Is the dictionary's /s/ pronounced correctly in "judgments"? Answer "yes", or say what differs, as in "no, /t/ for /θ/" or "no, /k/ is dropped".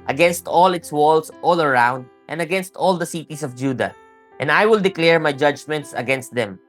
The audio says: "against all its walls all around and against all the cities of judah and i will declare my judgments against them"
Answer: yes